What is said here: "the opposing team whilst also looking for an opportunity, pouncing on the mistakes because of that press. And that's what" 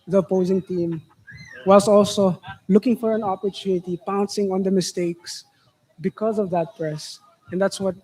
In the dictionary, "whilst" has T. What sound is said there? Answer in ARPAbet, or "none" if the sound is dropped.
none